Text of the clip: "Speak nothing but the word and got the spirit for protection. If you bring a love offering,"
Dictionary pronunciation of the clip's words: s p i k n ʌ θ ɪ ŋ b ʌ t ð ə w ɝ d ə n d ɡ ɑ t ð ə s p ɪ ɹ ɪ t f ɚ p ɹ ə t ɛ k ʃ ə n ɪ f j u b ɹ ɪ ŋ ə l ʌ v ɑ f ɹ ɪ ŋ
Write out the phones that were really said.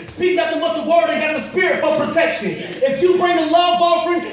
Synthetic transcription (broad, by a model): s p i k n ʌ t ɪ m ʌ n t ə w ɝ d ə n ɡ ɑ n ð ə s p ɪ ɹ ɪ t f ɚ p ɹ ə t ɛ k ʃ ə n ɪ f j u b ɹ ɪ ŋ ə l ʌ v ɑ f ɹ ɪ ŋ